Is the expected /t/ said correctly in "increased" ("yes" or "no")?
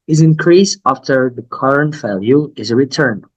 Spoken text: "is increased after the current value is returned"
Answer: no